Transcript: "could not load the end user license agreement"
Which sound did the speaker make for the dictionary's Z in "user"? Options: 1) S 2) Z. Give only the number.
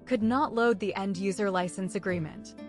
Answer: 2